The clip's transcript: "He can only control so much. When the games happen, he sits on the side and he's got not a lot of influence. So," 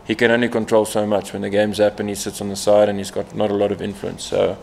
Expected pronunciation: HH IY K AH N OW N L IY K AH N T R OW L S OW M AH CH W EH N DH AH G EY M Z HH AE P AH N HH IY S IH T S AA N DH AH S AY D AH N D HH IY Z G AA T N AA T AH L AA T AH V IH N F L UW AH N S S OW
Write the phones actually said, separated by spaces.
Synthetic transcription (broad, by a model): HH IY K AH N OW N L IY K AH N T R OW L S OW M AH CH W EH N DH AH G EY M Z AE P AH N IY S IH T S N DH AH S AY D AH N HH IY Z G AA T N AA T AH L AA T AH V IH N F L UW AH N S S OW